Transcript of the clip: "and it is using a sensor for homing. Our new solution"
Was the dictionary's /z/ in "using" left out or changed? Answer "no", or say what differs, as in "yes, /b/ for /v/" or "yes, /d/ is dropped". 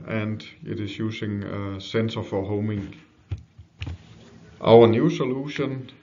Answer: yes, /s/ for /z/